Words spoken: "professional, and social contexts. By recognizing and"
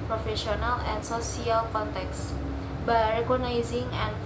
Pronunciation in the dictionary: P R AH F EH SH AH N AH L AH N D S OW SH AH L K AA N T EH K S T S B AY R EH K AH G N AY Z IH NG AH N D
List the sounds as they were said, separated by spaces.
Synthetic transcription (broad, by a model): P R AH F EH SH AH N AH L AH N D S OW S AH L K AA N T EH K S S B AY R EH K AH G N AY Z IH NG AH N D